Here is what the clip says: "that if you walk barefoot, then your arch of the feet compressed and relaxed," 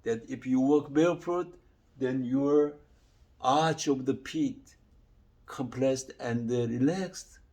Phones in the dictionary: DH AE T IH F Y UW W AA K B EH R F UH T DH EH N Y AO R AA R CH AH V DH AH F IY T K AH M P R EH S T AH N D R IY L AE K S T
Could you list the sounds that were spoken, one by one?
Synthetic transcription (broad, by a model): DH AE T IH F Y UW W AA K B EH L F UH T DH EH N Y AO R AA R CH AH V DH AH P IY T K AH M P L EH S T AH N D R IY L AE K S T